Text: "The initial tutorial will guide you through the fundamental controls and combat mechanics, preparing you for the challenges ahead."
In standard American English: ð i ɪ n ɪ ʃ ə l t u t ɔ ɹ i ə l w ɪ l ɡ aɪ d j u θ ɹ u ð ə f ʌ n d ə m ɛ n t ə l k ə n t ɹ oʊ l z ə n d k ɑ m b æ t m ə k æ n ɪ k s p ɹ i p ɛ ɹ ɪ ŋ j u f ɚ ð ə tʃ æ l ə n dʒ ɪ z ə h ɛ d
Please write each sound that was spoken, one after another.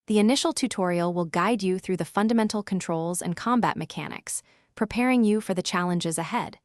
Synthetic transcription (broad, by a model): ð i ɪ n ɪ ʃ l t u t ɔ ɹ i l w ɪ l ɡ aɪ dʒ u θ ɹ u ð ə f ʌ n d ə m ɛ n t l k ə n t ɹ oʊ l z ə n k ɑ m b æ t m ə k æ n ɪ k s p ɹ i p ɛ ɹ ɪ ŋ j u f ɚ ð ə tʃ æ l ə n dʒ ɪ z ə h ɛ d